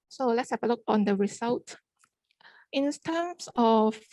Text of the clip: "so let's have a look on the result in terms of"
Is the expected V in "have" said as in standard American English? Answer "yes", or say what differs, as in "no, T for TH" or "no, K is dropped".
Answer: no, P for V